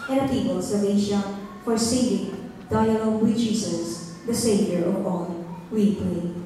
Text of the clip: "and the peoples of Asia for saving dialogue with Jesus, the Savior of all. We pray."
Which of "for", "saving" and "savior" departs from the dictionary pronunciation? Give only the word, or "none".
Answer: saving